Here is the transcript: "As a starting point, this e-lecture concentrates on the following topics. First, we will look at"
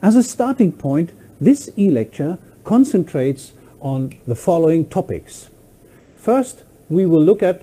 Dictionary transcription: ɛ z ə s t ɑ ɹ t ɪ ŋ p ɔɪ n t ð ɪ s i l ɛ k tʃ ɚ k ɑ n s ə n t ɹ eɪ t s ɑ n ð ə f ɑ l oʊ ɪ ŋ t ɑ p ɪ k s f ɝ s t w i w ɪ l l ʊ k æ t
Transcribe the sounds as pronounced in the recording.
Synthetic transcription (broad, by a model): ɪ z ə s t ɑ ɹ t ɪ ŋ p ɔɪ n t ð ɪ s i l ɛ k tʃ ɚ k ɑ n s ə n t ɹ eɪ t s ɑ n ð ə f ɑ l oʊ ɪ ŋ t ɑ p ɪ k s f ɝ s t w i w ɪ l l ʊ k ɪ t